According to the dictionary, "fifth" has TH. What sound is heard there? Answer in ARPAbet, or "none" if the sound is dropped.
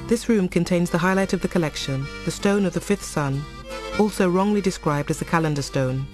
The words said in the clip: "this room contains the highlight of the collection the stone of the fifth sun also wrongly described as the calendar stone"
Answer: TH